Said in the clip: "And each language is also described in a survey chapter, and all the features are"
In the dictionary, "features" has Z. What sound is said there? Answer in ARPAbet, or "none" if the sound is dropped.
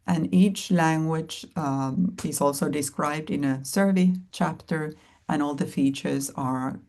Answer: Z